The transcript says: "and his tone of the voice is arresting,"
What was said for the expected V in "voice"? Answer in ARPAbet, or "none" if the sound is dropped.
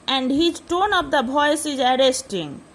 B